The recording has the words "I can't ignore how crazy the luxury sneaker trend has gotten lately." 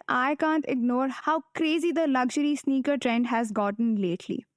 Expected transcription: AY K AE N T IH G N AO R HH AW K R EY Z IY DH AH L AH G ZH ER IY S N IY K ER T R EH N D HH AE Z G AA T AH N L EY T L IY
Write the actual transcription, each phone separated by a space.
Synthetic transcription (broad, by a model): AY K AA N T IH G N AO R HH AW K R EY Z IY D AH L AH G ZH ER IY S N IY K ER T R EH N D HH AE Z G AA T AH N L EY T L IY